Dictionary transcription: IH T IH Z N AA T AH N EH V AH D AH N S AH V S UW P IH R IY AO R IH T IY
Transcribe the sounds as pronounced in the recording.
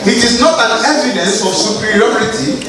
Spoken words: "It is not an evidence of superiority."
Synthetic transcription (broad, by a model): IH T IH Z N AA T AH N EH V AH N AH S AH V S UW P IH R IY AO R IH T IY